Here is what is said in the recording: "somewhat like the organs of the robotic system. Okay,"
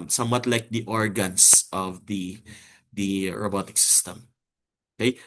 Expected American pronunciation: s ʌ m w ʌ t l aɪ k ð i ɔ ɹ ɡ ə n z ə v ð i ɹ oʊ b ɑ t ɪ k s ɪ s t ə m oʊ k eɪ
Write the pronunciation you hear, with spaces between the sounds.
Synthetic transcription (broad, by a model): s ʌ m w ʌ t l aɪ k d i ɔ ɹ ɡ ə n s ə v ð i ɹ oʊ b ɑ t ɪ k s ɪ s t ə m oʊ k eɪ